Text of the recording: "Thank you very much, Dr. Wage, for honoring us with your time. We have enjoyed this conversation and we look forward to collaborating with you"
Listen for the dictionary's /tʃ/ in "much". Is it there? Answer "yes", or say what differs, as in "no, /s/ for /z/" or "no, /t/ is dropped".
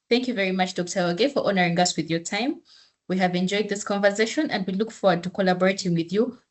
yes